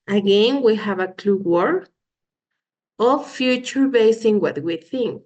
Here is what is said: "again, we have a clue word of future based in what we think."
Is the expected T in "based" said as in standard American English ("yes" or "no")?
no